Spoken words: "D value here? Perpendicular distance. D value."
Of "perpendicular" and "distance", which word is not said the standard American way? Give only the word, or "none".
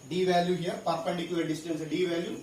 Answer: perpendicular